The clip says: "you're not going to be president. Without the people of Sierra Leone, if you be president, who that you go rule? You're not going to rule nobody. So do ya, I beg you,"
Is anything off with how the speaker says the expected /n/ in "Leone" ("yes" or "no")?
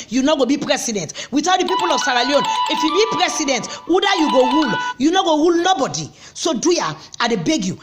no